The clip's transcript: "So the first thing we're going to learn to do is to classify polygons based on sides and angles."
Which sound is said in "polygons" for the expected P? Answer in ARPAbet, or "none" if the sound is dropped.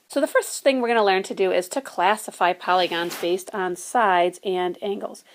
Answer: P